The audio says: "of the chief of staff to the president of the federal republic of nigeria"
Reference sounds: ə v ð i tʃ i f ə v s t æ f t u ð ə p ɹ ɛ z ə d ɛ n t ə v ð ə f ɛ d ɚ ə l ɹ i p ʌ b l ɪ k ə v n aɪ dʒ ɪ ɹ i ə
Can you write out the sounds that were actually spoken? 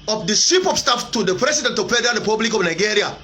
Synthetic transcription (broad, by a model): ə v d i s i p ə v s t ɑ f t u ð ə p ɹ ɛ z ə d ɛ n t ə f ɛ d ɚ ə ɹ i p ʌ b l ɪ k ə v n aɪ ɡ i ɹ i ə